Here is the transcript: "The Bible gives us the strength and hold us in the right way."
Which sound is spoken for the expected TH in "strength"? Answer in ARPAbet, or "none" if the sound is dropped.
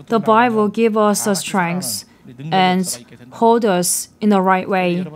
S